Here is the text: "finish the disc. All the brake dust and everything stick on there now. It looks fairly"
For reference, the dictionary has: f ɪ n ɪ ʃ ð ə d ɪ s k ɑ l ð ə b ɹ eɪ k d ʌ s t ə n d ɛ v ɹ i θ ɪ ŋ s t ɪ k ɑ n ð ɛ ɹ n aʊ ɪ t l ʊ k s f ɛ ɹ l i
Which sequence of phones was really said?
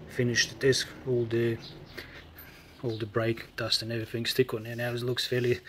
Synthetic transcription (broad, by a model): f ɪ n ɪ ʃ ð ə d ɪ s k ɑ l ð ə b ɹ eɪ k d ʌ s t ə n ɛ v ɹ i θ ɪ ŋ s t ɪ k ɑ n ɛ n aʊ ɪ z l ʊ k s f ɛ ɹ l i